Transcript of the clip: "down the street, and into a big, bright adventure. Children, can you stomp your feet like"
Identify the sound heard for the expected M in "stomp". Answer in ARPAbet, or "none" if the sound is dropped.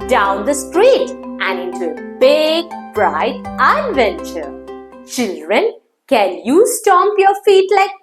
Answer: M